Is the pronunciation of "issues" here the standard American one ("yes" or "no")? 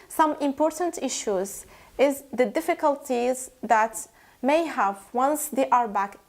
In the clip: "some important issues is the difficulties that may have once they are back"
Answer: yes